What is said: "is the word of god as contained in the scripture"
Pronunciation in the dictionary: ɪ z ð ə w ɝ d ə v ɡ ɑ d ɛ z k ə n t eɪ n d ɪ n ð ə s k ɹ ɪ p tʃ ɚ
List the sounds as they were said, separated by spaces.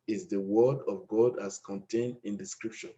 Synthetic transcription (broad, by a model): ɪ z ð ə w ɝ d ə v ɡ ɑ d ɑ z k ə n t eɪ n d ɪ n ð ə s k ɹ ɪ p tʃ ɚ